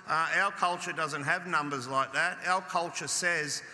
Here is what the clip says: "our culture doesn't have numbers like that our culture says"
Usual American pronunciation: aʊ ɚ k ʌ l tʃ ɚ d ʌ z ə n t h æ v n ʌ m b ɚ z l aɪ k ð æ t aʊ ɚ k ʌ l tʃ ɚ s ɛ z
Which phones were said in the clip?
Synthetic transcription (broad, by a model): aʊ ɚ k ʌ l tʃ ɚ d ʌ z ə n t h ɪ v n ʌ m b ɚ z l aɪ k ð æ t aʊ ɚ k ʌ l tʃ ɚ s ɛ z